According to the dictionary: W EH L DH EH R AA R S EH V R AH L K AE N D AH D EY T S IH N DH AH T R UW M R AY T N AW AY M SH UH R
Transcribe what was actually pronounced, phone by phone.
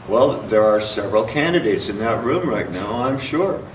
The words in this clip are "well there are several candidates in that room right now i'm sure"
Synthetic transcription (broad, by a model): W EH L DH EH R AA R S EH V R AH L K AE N D AH D EY T S IH N DH AH T R UW M R AY T N AW AY M SH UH R